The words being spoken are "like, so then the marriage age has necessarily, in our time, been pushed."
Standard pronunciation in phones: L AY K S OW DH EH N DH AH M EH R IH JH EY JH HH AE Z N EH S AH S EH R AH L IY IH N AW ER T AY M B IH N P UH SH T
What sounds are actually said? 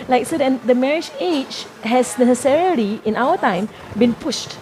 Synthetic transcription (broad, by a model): L AY K S OW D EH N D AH M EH R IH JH EY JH HH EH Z N EH S AH S EH R AH L IY IH N AW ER T AY M B IH N P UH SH T